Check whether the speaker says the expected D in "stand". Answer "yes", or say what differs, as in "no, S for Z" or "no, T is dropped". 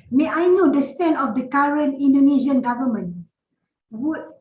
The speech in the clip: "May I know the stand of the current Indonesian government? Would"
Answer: no, D is dropped